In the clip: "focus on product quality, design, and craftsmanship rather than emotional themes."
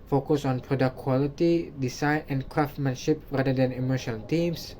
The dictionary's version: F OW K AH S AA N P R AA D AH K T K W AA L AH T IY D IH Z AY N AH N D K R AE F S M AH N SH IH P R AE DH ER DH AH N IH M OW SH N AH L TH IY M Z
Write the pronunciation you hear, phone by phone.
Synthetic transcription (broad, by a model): F OW K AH S AA N P R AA D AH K K W AA L AH T IY D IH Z AY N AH N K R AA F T M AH N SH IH P R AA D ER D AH N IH M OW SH AH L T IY M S